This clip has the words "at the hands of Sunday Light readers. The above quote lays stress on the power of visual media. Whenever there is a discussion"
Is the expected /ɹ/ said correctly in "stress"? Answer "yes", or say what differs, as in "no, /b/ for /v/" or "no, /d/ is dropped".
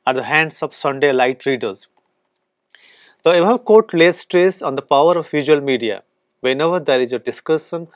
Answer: yes